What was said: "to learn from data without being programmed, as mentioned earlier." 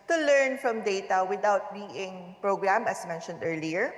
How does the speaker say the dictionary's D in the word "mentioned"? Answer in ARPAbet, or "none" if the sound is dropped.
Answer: D